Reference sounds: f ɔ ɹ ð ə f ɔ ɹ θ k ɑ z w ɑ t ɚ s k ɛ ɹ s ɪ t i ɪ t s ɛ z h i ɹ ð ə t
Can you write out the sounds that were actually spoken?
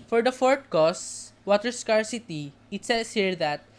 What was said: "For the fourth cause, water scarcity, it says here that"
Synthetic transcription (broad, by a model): f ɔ ɹ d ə f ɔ ɹ t k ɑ s w ɑ t ɚ s k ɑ ɹ s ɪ t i ɪ t s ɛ s h i ɹ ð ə t